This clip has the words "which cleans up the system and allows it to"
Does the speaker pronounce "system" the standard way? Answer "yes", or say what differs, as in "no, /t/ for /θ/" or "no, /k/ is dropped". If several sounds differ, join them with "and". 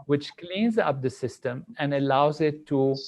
yes